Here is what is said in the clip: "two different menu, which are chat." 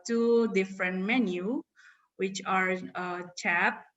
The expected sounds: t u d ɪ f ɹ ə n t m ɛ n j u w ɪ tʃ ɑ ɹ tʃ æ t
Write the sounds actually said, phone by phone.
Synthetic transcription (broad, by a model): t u d ɪ f ɹ ə n t m ɛ n j u w ɪ tʃ ɑ ɹ tʃ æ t